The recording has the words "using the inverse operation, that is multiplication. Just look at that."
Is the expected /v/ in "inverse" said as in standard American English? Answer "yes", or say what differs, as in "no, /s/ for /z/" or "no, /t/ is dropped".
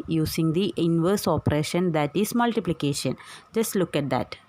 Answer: yes